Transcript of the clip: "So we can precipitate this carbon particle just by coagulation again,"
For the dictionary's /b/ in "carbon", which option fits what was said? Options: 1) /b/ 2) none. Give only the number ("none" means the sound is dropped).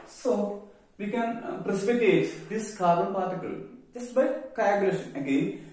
2